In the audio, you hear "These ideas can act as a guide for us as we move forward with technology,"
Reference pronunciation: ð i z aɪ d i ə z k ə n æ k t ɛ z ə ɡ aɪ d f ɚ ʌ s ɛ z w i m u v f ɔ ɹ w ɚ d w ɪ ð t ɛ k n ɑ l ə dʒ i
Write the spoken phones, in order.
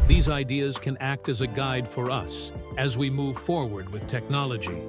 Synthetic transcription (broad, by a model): ð i z aɪ d i ə z k ə n æ k t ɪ z ə ɡ aɪ d f ɚ ʌ s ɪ z w i m u v f ɔ ɹ w ɚ d w ɪ ð t ɛ k n ɑ l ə dʒ i